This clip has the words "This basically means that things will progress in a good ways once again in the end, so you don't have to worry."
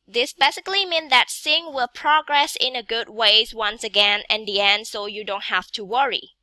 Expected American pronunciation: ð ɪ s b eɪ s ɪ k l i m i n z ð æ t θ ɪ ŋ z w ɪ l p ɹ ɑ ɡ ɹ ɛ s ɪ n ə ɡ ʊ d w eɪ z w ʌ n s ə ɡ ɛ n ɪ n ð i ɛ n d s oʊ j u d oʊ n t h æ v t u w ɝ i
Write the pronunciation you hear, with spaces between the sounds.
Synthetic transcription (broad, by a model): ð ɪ s b eɪ s ɪ k l i m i n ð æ t s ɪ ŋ w ɪ l p ɹ ɑ ɡ ɹ ɛ s ɪ n ə ɡ ʊ d w eɪ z w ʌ n s ə ɡ ɛ n ɪ n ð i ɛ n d s oʊ j u d oʊ n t h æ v t u w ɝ i